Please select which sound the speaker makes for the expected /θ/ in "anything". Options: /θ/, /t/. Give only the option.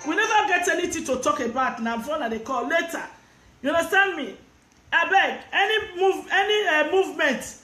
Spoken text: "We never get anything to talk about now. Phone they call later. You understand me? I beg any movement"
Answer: /t/